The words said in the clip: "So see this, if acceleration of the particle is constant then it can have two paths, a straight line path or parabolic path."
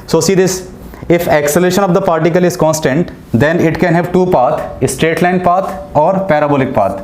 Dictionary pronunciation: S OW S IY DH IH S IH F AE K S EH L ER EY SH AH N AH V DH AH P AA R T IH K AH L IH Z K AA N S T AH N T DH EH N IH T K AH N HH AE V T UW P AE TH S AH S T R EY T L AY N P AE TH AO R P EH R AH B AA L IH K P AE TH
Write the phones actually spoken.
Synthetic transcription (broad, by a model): S OW S IY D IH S IH F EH K S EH L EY SH AH N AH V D AH P AA R T IH K AH L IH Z K AA N S T AH N T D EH N IH T K AH N HH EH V T UW P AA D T AH S T R EY T L AY N P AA T AO R P EH R AH B AA L IH K P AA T